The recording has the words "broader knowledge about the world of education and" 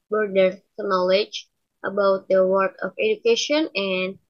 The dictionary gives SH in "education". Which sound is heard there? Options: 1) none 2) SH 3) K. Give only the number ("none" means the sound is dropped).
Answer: 2